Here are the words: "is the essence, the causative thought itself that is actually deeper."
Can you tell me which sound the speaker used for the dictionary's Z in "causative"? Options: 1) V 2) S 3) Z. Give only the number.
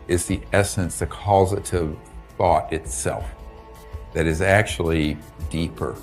3